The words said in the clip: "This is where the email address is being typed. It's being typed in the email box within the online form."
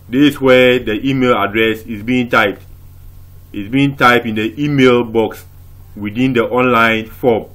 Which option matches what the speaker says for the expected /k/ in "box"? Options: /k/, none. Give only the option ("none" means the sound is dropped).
/k/